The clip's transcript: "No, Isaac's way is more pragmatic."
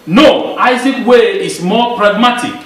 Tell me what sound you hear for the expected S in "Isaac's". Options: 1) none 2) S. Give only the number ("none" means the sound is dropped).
1